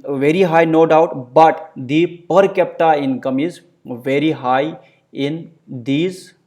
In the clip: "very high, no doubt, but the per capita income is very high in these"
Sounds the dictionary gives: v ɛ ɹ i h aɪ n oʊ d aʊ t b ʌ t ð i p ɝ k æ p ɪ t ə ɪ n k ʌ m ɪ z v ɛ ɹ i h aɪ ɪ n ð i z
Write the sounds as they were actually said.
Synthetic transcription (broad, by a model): v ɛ ɹ i h aɪ n oʊ d aʊ t b ʌ t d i p ɝ k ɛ p t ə ɪ n k ʌ m ɪ z v ɛ ɹ i h aɪ ɪ n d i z